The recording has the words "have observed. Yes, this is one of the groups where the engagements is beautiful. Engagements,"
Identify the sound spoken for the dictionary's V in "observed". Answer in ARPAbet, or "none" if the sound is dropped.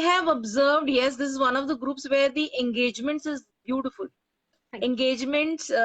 V